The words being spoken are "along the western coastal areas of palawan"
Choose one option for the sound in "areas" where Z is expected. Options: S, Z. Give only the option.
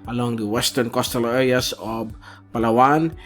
S